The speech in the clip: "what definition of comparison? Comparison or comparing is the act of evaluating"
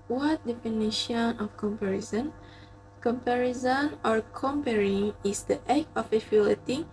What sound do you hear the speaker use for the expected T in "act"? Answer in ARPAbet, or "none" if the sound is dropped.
none